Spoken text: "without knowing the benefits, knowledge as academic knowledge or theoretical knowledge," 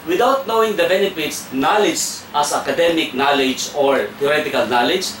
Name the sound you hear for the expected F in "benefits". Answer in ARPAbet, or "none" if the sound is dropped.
P